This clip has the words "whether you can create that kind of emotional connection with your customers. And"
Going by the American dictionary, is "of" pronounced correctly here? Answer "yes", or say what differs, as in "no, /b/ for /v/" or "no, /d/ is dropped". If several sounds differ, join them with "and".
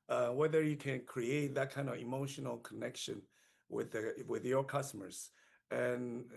yes